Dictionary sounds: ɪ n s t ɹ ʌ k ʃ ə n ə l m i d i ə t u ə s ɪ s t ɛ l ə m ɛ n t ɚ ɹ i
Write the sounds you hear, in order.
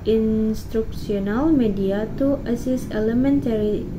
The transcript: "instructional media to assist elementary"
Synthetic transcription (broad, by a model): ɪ n s t ɹ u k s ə n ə l m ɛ d i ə t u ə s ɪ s ɛ l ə m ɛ n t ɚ ɹ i